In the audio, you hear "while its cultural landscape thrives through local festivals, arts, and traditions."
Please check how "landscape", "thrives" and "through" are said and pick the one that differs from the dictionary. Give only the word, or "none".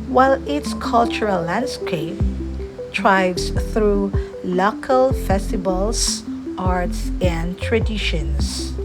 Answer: thrives